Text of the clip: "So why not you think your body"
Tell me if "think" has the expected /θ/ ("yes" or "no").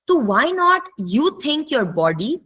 no